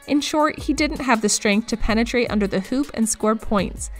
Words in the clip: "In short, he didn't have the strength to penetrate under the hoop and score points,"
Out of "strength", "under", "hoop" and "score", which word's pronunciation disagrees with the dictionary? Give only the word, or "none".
none